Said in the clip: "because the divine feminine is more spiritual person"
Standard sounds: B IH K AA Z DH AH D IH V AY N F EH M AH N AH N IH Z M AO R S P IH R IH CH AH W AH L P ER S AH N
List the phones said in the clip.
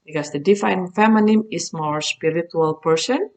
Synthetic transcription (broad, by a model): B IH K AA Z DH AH D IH F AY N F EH M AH N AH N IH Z M AO R S P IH R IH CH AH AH L P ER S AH N